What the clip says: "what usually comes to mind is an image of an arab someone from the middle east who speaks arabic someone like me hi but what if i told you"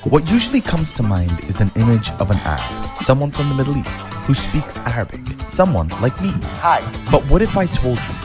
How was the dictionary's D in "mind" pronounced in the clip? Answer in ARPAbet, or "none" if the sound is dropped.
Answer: D